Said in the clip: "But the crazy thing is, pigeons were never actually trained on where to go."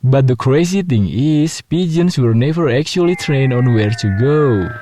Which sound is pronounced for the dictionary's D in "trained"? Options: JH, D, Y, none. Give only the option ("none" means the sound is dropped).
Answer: none